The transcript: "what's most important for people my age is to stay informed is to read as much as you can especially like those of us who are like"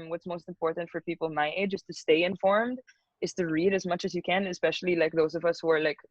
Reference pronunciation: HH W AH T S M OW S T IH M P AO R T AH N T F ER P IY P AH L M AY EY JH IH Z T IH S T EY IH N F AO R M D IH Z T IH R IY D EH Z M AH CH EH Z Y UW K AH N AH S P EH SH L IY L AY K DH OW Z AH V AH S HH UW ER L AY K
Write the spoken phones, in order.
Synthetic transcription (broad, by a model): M W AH T S M OW S T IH M P AO R T N T F ER P IY P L M AY EY JH IH Z T IH S T EY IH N F AO R M D IH Z T IH R IY D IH Z M AH CH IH Z Y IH K AH N AH S P EH SH L IY L AY K DH OW Z AH V AH S HH UW ER L AY K